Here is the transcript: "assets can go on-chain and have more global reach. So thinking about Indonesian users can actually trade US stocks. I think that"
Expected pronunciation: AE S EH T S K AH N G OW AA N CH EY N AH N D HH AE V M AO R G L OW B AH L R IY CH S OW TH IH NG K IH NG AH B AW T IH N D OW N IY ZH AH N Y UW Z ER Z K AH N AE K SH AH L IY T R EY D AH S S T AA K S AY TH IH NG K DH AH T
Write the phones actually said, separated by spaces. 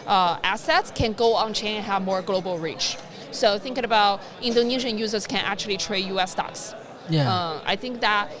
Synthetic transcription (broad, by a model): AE S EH T S K AH N G OW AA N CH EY AH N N HH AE V M AO R G L OW B AH L R IY CH S OW TH IH NG K IH NG AH B AW T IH N D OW N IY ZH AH N Y UW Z ER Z K AH N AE K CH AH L IY T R EY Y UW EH S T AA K S AY TH IH NG K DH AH T